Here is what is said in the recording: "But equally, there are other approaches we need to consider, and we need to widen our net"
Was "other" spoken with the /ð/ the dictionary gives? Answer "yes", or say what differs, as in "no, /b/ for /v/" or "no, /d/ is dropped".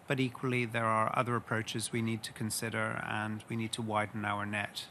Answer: yes